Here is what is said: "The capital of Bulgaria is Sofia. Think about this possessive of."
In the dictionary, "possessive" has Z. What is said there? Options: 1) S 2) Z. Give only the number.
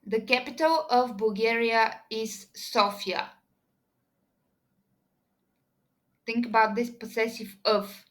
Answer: 1